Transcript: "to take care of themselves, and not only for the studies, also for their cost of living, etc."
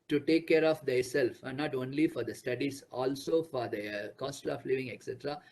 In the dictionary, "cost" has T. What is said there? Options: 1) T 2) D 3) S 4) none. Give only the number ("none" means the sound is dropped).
1